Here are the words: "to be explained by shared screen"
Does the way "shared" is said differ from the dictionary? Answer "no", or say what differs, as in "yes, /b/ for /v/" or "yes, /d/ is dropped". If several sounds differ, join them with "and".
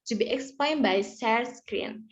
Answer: yes, /s/ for /ʃ/